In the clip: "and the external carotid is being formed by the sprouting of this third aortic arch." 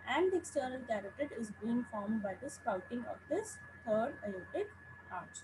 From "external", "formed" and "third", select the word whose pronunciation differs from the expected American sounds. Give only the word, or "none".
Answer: third